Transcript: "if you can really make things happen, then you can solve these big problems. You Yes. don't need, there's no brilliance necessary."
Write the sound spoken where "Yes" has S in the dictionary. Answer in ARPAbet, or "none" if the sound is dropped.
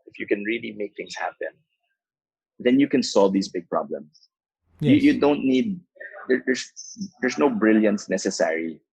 none